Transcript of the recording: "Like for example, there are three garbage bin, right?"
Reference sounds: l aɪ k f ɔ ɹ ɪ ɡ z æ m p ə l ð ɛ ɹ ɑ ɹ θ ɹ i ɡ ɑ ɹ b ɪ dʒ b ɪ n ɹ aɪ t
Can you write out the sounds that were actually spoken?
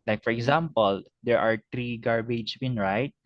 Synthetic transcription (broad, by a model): l aɪ k f ɔ ɹ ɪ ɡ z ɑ m p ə l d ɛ ɹ ɑ ɹ t ɹ i ɡ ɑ ɹ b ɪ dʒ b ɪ n ɹ aɪ t